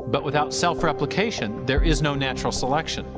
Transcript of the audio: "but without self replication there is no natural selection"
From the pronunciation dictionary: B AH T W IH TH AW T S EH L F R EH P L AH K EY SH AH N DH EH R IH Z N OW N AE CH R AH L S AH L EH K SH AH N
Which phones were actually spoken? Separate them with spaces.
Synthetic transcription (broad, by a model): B AH T W IH TH AW T S EH L F R EH P L AH K EY SH AH N DH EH R IH Z N OW N AE CH R L S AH L EH K SH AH N